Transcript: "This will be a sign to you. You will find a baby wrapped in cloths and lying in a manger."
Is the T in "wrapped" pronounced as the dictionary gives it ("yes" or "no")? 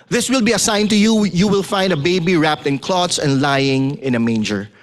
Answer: yes